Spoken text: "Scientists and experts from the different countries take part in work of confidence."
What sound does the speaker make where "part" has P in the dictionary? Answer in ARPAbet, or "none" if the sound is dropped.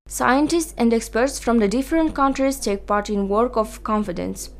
P